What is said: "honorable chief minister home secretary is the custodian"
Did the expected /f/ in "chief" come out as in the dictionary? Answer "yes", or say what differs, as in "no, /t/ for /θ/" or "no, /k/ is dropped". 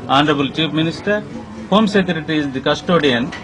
no, /p/ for /f/